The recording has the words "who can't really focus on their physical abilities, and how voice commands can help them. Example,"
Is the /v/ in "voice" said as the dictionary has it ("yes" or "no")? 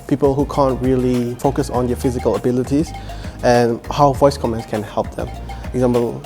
yes